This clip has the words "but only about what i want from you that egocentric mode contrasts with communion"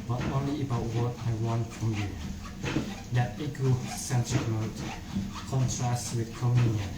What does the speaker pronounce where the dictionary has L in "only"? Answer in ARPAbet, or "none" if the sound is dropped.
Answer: none